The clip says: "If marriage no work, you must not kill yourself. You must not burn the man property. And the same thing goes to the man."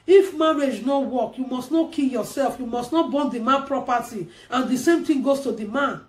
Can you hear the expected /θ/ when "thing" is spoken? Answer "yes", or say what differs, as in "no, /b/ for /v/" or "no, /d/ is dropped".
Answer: no, /t/ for /θ/